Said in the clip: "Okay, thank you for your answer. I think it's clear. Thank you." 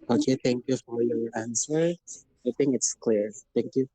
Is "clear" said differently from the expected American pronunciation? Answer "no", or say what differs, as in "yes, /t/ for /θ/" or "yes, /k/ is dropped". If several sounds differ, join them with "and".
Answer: no